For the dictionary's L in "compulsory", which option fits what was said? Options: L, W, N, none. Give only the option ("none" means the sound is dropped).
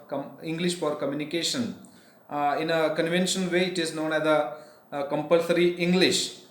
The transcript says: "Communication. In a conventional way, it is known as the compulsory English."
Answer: L